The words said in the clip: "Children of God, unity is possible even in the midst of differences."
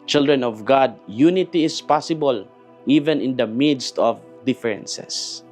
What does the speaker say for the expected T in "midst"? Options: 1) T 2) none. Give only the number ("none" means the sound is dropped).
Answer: 1